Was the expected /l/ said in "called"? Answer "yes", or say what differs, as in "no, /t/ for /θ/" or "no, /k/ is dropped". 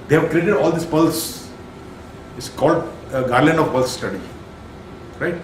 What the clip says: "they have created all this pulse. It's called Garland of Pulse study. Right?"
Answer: yes